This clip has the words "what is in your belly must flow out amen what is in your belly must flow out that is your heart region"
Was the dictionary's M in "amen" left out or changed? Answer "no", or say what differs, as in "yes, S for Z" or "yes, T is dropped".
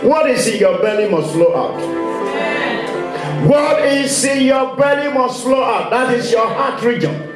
yes, M is dropped